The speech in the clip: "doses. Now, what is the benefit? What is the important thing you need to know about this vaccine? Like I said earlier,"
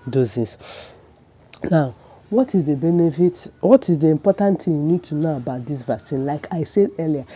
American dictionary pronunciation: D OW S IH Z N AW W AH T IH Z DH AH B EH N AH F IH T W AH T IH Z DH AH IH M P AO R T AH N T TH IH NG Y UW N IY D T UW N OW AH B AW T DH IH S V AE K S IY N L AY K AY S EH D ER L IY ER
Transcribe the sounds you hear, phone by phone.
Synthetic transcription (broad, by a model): D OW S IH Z N AW W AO T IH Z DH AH B EH N AH F IH T W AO T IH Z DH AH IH M P AO T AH N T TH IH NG Y UW N IY D T UW N OW AH B AW T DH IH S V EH S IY N L AY K AY S EH D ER L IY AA